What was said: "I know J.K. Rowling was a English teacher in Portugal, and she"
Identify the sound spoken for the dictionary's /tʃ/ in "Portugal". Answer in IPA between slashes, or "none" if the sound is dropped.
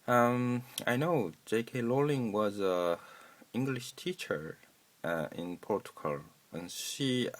/tʃ/